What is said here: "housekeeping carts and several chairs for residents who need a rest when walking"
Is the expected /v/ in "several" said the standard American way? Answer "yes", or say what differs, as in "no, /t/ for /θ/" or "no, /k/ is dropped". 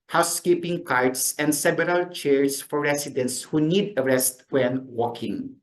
no, /b/ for /v/